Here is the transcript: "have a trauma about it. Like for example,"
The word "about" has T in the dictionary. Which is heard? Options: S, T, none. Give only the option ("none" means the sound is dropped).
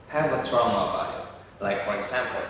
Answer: none